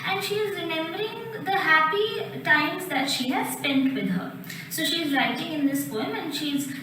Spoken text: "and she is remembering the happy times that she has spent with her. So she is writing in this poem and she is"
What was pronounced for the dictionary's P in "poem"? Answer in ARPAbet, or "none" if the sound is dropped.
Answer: P